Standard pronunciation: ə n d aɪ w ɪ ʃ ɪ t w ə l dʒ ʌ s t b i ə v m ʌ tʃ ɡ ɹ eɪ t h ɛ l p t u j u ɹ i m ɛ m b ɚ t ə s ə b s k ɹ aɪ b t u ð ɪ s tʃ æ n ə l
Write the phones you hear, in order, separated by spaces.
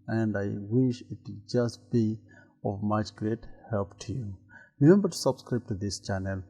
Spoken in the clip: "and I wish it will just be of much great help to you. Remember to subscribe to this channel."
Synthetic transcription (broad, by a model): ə n d aɪ w ɪ ʃ ɪ t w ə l dʒ ʌ s t b i ə v m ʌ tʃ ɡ ɹ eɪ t h ɛ l p t u j u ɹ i m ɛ m b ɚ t s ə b s k ɹ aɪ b t u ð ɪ s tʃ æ n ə l